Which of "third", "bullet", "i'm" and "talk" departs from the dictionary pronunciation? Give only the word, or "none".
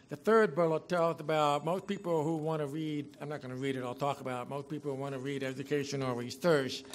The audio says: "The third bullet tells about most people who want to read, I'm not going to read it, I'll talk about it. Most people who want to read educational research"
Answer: none